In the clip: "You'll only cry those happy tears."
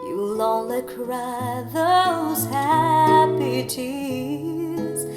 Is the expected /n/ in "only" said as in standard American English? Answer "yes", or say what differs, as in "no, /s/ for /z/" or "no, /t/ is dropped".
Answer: no, /n/ is dropped